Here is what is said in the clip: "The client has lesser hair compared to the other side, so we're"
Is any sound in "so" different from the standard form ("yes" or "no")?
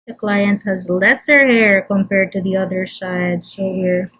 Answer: yes